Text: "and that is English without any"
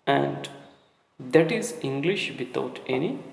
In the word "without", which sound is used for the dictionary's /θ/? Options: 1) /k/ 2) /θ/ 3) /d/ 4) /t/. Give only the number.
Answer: 4